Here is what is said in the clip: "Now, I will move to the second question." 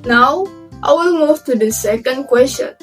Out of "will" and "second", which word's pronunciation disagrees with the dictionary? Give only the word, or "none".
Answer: will